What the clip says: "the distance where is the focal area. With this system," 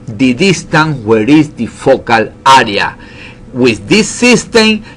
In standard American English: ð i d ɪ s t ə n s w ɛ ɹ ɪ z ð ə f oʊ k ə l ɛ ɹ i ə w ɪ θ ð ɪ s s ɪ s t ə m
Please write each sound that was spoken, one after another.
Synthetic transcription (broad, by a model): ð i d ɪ s t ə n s w ɛ ɹ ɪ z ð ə f oʊ k ə l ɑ ɹ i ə w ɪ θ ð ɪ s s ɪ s t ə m